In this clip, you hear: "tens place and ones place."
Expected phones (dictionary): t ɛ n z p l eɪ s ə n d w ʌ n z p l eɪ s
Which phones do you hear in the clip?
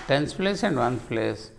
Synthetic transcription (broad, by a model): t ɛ n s p l eɪ s ə n d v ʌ n p l eɪ s